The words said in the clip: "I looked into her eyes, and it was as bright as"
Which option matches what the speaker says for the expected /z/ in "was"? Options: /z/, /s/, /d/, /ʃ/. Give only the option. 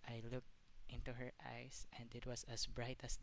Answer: /s/